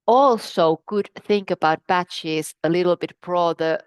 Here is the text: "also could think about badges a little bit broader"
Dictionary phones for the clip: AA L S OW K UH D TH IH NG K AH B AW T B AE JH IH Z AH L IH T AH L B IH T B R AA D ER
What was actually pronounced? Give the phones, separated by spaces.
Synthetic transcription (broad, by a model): AA L S OW K UH D TH IH NG K AH B AW T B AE CH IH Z AH L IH T L B IH T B R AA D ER